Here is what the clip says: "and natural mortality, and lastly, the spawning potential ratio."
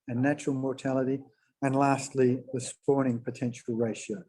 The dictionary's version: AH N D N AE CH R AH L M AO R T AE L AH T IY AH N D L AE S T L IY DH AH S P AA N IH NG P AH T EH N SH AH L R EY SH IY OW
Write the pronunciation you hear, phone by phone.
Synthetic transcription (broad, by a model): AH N N AE CH R AH L M AO R T AE L AH T IY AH N L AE S T L IY DH AH S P AA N IH NG P AH T EH N SH AH L R EY SH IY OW